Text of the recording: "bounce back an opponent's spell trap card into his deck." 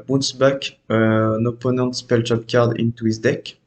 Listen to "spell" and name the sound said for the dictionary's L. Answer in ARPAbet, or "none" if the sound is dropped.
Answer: L